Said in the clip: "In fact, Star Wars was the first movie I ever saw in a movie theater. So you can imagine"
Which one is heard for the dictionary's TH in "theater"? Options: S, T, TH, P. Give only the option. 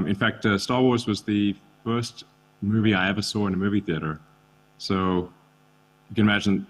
TH